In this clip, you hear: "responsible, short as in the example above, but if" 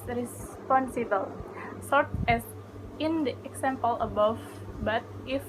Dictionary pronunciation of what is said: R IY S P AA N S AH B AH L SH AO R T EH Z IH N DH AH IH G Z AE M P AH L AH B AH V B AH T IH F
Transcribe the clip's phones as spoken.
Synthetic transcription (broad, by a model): R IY S P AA N S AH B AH L S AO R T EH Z IH N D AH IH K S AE M P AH L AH B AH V B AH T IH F